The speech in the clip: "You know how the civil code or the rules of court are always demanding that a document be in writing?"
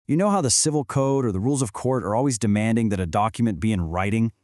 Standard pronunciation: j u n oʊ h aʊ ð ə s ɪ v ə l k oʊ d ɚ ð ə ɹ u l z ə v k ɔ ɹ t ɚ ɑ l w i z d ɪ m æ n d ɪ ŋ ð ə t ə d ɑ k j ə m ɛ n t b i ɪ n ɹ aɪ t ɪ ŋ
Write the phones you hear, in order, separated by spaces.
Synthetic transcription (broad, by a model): j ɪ n oʊ h aʊ ð ə s ɪ v l k oʊ d ɚ ð ə ɹ u l z ə v k ɔ ɹ t ɚ ɑ l w i z d ɪ m æ n d ɪ ŋ ð ə t ə d ɑ k j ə m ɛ n b i ɪ n ɹ aɪ t ɪ ŋ